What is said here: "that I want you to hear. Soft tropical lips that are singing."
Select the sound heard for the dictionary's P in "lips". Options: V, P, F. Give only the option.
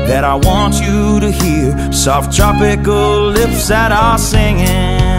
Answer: F